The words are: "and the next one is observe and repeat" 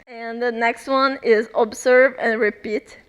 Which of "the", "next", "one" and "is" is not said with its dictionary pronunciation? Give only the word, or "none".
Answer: none